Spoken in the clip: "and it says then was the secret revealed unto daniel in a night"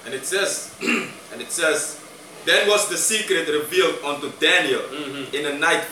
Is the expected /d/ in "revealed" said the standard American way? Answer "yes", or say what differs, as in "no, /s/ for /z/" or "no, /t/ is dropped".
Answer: yes